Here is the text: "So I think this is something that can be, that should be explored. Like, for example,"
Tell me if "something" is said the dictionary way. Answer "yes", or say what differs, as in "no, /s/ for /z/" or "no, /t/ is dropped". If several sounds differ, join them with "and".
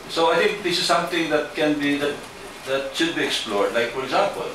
no, /t/ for /θ/